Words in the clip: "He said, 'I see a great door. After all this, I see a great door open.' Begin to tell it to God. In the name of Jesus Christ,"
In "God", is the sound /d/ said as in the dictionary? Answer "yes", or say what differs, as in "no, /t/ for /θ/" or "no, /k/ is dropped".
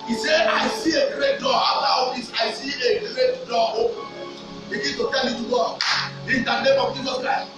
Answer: no, /d/ is dropped